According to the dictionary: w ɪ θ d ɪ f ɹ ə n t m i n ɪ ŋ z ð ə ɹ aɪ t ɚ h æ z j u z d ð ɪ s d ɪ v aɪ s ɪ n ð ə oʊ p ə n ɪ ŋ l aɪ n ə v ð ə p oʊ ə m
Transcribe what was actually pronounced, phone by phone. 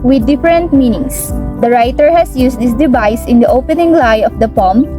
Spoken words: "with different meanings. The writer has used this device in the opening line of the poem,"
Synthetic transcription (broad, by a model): w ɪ d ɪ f ɹ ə n t m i n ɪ ŋ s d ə ɹ aɪ t ɚ h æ s j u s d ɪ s d ɪ v aɪ s ɪ n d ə oʊ p ə n ɪ ŋ l aɪ ə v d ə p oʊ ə m